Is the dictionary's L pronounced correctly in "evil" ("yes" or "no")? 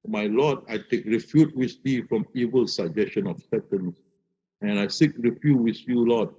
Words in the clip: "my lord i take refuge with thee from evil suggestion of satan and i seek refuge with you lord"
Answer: yes